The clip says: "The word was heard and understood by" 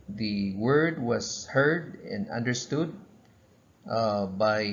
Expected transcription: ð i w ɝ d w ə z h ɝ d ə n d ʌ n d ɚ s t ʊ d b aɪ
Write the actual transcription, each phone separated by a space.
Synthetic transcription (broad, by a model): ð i w ɝ d w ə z h ɝ d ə n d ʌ n d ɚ s t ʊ d b aɪ